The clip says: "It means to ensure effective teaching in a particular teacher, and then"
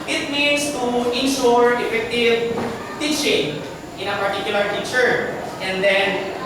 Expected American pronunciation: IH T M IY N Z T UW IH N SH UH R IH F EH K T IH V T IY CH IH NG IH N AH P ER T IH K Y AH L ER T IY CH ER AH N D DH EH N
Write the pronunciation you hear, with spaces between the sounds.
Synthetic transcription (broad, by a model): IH T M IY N S T UW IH N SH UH R IH F EH K T IH V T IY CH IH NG IH N AH P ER T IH K Y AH L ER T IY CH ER AH N D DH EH N